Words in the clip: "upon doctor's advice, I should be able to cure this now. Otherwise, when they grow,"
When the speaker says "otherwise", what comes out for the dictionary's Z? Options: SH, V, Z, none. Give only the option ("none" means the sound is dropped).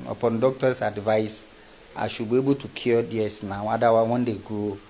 none